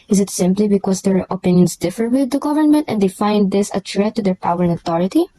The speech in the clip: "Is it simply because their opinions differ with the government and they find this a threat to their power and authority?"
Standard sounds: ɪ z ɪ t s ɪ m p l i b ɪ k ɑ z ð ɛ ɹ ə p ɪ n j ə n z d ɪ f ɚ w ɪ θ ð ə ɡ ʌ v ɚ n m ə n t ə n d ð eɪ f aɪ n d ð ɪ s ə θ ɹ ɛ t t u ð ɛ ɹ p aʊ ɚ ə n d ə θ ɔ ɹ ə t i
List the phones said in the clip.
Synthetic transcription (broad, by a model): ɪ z ɪ t s ɪ m p l i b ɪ k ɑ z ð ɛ ɹ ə p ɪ n j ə n s d ɪ f ɚ w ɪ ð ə ɡ ʌ v ɚ n m ə n t ə n d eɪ f aɪ n d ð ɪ s ə t ɹ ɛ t t u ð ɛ ɹ p aʊ ɚ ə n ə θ ɔ ɹ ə t i